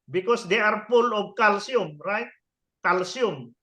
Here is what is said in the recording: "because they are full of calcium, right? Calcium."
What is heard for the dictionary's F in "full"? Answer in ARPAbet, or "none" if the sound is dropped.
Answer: P